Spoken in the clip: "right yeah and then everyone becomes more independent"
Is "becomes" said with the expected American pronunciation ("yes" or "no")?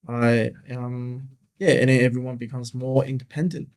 yes